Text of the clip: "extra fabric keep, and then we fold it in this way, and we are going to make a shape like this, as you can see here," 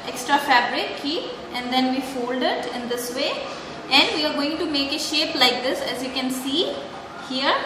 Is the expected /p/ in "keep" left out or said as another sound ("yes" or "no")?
yes